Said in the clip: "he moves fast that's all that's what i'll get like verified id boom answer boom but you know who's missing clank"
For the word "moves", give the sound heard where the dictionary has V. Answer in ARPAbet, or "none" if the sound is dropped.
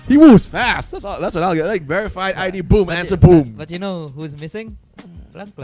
none